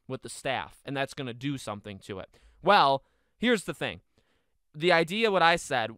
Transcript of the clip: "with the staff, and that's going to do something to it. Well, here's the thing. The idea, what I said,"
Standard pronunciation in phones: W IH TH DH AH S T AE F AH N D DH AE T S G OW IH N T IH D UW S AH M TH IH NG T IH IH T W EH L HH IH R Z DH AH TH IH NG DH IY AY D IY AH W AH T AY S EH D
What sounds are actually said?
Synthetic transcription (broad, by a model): W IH DH AH S T AE F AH N DH AE T S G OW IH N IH D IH S AH M TH IH NG T IH IH T W EH L HH IH R Z DH AH TH IH NG DH IY AY D IY AH W AH T AY S EH D